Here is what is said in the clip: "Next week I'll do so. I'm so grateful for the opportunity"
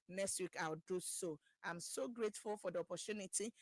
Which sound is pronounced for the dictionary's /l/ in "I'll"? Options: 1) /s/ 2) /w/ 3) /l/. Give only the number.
2